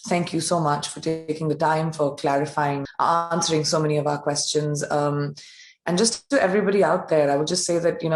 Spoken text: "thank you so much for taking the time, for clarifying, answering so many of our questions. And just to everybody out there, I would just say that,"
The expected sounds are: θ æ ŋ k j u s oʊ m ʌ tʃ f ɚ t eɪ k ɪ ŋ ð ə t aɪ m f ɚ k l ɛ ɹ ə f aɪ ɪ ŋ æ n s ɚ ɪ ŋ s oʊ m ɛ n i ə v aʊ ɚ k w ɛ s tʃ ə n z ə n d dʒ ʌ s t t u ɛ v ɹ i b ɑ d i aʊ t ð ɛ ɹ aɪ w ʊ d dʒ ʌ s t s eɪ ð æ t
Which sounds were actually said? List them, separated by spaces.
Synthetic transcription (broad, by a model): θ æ ŋ k j u s oʊ m ʌ tʃ f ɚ t eɪ k ɪ ŋ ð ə t aɪ m f ɚ k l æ ɹ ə f aɪ ɪ ŋ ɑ n s ɚ ɪ ŋ s oʊ m ɛ n i ə v aʊ ɚ k w ɛ s tʃ ə n z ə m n dʒ ʌ s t t u ɛ v ɹ i b ɑ d i aʊ t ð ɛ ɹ aɪ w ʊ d dʒ ʌ s t s eɪ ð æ t